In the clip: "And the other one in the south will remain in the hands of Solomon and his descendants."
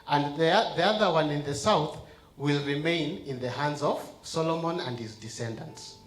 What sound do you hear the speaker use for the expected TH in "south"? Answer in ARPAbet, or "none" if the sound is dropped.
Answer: TH